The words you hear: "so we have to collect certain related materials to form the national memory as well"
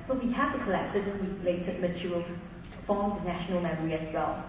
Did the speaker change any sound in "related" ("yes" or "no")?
yes